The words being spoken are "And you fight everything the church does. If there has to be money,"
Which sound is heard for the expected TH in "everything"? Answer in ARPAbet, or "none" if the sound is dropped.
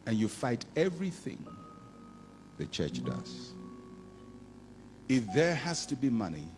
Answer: TH